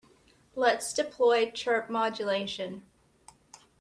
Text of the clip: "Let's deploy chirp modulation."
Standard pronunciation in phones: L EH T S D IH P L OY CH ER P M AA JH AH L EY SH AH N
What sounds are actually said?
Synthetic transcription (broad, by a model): L EH T S D IH P L OY CH ER P M AA JH AH L EY SH AH N